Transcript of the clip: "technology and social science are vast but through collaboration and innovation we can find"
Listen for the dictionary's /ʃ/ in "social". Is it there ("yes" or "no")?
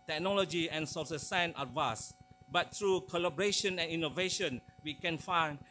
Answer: no